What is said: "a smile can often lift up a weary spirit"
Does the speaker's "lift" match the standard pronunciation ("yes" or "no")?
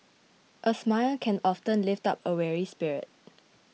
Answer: yes